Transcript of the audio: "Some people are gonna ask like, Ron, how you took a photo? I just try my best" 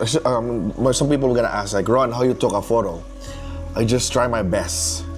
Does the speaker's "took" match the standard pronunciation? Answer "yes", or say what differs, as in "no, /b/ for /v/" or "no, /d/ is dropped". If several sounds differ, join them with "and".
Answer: yes